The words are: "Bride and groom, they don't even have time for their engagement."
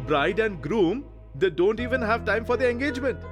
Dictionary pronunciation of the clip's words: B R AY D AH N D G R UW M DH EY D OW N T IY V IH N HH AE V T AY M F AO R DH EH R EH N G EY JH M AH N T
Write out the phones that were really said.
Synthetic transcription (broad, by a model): B R AY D AH N D G R UW M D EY D OW N T IY V IH N HH AE V T AY M F AO R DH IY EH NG G EY JH M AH N T